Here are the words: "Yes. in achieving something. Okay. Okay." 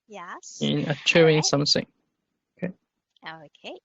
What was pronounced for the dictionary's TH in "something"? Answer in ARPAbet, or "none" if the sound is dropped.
S